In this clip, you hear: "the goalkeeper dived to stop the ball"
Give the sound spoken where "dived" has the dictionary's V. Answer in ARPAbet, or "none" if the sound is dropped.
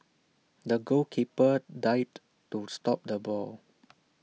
none